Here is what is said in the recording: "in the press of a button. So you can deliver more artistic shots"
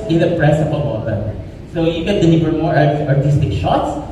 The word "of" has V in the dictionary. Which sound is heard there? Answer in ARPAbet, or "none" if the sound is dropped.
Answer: P